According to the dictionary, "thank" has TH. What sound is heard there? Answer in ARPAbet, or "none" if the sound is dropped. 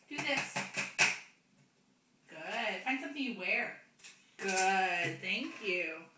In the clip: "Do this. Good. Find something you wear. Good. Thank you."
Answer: TH